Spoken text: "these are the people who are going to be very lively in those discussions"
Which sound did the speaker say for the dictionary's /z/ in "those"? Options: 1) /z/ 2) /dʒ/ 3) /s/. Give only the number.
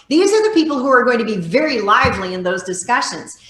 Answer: 1